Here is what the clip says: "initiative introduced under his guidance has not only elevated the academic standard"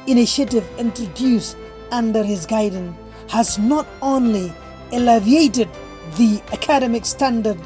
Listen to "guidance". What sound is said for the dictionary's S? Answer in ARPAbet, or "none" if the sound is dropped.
none